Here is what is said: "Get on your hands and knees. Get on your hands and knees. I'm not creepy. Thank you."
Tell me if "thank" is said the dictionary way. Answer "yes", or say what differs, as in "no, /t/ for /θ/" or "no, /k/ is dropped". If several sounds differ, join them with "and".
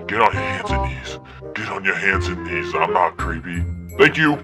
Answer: yes